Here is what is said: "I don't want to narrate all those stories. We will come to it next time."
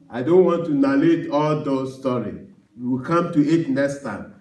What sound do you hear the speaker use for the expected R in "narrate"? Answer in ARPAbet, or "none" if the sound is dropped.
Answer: L